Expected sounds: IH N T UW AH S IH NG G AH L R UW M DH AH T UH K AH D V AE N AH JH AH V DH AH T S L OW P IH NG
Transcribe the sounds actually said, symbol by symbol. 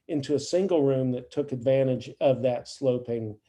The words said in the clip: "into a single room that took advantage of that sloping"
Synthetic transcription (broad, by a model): IH N T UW AH S IH NG G L R UW M DH AH T UH K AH D V AE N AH JH AH V DH AH T S L OW P IH NG